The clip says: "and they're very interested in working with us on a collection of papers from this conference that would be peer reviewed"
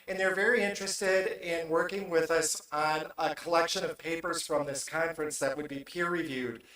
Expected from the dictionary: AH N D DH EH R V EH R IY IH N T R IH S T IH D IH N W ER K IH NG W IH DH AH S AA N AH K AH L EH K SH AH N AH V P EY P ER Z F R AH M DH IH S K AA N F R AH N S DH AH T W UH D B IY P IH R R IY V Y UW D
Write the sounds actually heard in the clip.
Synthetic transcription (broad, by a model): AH N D DH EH R V EH R IY IH N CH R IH S T IH D IH N W ER K IH NG W IH DH AH S N AH K AH L EH K SH AH N AH V P EY P ER Z F R AH M DH IH S K AA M F R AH N S DH AH T W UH D B IY P IH R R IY V Y UW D